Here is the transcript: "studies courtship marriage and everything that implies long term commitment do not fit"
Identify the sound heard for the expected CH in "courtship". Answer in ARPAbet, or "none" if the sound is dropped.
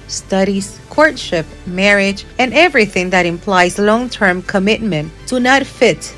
CH